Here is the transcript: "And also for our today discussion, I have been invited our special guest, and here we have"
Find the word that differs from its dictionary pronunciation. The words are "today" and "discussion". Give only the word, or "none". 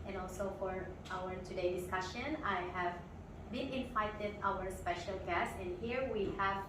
none